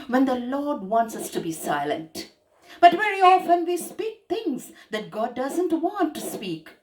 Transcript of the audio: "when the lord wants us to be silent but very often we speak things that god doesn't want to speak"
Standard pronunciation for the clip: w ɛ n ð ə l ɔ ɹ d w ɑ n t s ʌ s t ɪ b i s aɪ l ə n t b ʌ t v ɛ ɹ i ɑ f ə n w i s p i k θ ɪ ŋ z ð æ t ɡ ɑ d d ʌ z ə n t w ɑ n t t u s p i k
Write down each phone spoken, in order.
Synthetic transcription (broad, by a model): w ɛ n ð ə l ɔ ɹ d w ɑ n t s ʌ s t ɪ b i s aɪ l ə n t b ʌ t v ɛ ɹ i ɑ f ə n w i s p i k t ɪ ŋ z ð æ t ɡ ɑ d d ʌ z ə n t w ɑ n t t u s p i k